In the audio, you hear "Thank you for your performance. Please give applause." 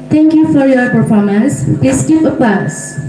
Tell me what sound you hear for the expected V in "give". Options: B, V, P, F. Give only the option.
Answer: P